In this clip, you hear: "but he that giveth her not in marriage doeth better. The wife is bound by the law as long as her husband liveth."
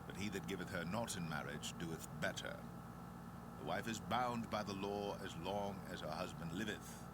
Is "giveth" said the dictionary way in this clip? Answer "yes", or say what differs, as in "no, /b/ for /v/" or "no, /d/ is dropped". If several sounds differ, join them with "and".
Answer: yes